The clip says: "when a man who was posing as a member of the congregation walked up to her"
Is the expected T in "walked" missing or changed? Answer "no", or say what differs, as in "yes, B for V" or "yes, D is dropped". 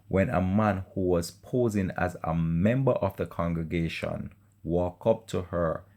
yes, T is dropped